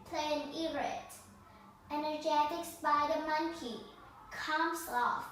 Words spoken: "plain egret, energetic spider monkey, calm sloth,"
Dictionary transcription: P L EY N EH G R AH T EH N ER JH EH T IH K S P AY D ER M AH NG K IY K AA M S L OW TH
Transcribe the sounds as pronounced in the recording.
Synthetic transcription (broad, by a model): P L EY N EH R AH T EH N ER JH EH T IH K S B AY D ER M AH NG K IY K AA M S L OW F